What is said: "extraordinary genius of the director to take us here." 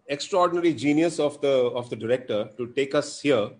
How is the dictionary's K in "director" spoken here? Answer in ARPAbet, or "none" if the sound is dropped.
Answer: K